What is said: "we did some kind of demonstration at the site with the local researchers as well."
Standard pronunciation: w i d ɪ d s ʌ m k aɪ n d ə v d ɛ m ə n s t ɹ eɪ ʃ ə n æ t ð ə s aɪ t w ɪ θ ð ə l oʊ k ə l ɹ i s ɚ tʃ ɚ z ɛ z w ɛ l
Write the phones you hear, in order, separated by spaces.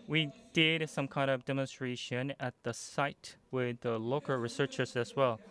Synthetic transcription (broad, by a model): w i d ɪ d s ʌ m k aɪ n d ə v d ɛ m ə n s t ɹ eɪ ʃ ə n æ t ð ə s aɪ t w ɪ ð ə l oʊ k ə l ɹ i s ɚ tʃ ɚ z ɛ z w ɛ l